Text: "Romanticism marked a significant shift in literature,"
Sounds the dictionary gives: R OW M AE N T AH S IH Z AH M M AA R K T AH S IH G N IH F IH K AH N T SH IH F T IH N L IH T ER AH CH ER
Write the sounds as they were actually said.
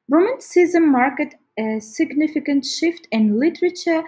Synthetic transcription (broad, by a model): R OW M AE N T S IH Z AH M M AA R K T AH S IH G N IH F IH K AH N T SH IH F T IH N L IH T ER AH CH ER